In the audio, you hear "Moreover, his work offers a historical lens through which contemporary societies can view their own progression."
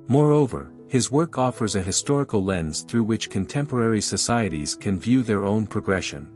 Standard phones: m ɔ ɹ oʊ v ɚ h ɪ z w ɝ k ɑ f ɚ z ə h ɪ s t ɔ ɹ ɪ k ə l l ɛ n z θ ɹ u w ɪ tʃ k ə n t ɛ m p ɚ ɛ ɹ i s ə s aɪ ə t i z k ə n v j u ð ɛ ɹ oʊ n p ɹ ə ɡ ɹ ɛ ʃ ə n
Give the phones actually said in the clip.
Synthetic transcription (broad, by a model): m ɔ ɹ oʊ v ɚ h ɪ z w ɝ k ɑ f ɚ z ə h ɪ s t ɔ ɹ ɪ k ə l l ɛ n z θ ɹ u w ɪ tʃ k ə n t ɛ m p ɚ ɛ ɹ i s ə s aɪ ə t i z k ə n v j u ð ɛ ɹ oʊ n p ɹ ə ɡ ɹ ɛ ʃ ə n